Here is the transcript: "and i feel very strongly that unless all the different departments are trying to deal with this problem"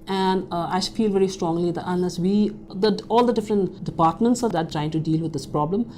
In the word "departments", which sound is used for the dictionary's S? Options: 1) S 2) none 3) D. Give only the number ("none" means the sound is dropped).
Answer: 1